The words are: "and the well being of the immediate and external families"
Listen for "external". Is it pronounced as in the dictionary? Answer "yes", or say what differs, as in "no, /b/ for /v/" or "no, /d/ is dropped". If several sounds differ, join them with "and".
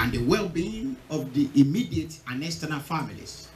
no, /k/ is dropped